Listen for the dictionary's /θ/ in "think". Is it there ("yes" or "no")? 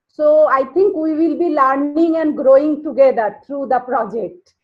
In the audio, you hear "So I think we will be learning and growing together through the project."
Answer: no